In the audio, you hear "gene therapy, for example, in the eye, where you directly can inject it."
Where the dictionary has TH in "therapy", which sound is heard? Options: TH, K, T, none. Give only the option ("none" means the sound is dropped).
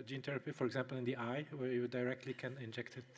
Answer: T